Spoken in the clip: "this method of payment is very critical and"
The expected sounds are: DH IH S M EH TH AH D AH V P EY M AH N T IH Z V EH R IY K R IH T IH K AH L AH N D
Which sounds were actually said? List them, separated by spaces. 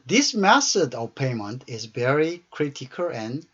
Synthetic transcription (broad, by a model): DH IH S M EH S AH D AH V P EY M AH N T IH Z V EH R IY K R IH T IH K AH L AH N